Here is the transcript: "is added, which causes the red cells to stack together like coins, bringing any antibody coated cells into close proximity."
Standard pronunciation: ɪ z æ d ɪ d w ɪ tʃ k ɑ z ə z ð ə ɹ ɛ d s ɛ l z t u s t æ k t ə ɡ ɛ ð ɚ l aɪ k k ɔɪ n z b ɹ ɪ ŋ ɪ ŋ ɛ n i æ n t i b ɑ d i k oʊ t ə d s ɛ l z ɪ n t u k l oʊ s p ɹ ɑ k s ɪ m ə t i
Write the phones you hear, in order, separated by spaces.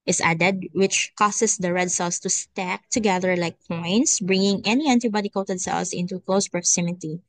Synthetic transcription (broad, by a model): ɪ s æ d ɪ d w ɪ tʃ k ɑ s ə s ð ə ɹ ɛ d s ɛ l s t u s t æ k t ə ɡ ɛ ð ɚ l aɪ k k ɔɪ n s b ɹ ɪ ŋ ɪ ŋ ɛ n i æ n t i b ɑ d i k oʊ t ə d s ɛ l s ɪ n t u k l oʊ s p ɹ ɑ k s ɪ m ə t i